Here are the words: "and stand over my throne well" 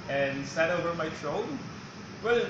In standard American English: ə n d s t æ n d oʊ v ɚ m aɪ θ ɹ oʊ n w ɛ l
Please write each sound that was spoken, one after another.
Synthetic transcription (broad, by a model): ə n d s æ d oʊ v ɚ m aɪ t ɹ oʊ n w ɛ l